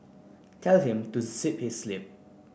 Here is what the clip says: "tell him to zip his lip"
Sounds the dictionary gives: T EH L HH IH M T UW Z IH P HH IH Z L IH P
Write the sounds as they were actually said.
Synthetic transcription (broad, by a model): T EH L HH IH M T UW S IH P HH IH S L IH P